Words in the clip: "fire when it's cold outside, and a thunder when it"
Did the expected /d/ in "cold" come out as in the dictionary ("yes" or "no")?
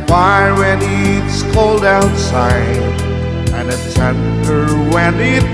yes